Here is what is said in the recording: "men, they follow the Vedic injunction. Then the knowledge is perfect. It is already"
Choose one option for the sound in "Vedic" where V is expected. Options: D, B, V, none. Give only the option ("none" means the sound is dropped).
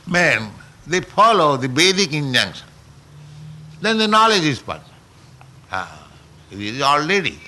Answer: B